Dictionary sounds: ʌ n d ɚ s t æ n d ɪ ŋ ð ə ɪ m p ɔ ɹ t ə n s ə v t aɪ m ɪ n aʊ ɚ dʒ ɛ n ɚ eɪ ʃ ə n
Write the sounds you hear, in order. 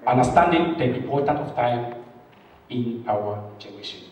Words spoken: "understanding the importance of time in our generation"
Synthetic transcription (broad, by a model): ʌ n d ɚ s t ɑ n d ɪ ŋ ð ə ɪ p ɔ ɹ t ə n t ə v t aɪ m ɪ n aʊ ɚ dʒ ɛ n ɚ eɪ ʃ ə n